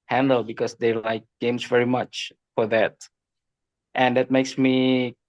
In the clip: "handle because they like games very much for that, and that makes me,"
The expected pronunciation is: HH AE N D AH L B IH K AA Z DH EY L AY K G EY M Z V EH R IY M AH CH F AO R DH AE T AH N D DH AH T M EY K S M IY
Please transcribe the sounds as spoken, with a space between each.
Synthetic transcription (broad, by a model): HH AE N D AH L B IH K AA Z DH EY L AY K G EY M S V EH R IY M AH CH F AO R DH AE T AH N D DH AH T M EY K S M IY